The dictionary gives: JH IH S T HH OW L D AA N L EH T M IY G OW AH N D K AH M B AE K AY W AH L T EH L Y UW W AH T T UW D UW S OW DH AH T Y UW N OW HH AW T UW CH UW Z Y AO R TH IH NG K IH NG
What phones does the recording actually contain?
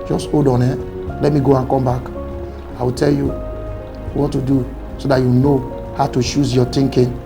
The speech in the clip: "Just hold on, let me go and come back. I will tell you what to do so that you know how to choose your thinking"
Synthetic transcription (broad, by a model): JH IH S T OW D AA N L EH T M IY G OW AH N K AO M B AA K AY W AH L T EH L Y UW W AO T T UW D UW S OW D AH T Y UW N OW HH AW T UW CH UW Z Y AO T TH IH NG K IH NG